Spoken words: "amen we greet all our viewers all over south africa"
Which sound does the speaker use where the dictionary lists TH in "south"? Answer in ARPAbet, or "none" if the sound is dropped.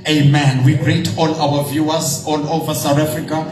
T